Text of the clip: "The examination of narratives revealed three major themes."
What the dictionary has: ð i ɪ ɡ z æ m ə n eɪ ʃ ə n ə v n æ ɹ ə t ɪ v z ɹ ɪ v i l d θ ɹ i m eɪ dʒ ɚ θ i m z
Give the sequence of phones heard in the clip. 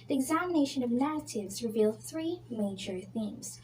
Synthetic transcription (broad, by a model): ð i ɪ ɡ z æ m ə n eɪ ʃ ə n ə v n æ ɹ ə t ɪ v z ɹ ɪ v i l d θ ɹ i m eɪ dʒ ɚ θ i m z